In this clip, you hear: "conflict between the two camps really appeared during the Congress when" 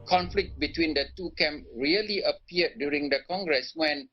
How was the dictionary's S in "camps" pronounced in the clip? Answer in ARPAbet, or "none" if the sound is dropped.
none